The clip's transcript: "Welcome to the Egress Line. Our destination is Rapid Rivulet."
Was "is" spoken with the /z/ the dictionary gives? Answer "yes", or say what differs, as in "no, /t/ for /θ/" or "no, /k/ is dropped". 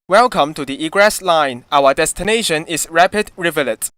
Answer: no, /s/ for /z/